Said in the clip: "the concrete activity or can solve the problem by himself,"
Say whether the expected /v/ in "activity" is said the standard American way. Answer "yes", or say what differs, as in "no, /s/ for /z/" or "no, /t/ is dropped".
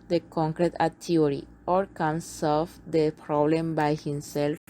no, /v/ is dropped